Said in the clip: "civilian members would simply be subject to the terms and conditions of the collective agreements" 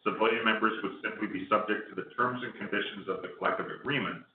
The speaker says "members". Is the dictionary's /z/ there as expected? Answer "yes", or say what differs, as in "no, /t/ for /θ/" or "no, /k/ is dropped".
yes